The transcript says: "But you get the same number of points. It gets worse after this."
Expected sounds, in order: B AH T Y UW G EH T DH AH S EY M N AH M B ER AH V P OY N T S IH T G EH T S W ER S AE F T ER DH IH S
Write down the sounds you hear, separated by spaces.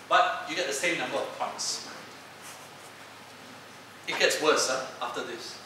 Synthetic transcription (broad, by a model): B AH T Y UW G EH T DH AH S EY M N AH M B ER AH V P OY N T S IH T G EH T S W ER S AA F T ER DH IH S